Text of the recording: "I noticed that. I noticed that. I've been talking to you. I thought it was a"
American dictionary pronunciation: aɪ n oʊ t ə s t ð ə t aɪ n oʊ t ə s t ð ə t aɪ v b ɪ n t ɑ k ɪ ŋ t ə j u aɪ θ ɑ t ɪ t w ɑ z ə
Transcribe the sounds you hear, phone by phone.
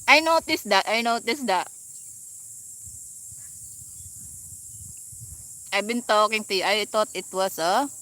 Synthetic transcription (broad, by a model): aɪ n oʊ t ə s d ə t aɪ n oʊ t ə s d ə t aɪ b ɪ n t ɑ k ɪ ŋ t ə j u aɪ t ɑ t ɪ t w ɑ s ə